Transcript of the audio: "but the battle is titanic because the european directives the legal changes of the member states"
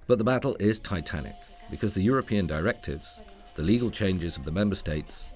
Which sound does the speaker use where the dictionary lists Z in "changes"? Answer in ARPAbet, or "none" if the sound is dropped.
Z